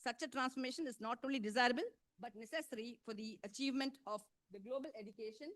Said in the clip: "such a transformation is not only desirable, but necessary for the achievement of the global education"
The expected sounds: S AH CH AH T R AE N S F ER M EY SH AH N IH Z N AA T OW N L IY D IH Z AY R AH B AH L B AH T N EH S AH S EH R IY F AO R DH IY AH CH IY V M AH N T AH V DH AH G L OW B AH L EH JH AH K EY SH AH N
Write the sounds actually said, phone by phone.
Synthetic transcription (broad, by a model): S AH CH AH T R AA N S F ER M EY SH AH N IH Z N AA T OW N L IY D IH Z AY R AH B AH L B AH T N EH S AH S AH R IY F AO R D IY AH CH IY V M AH N T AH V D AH G L OW B AH L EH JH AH K EY SH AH N